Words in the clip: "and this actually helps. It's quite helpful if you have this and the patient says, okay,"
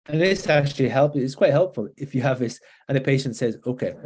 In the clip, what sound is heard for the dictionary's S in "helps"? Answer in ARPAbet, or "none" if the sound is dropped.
none